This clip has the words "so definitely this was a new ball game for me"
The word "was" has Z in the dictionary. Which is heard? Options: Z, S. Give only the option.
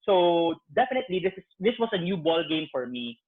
S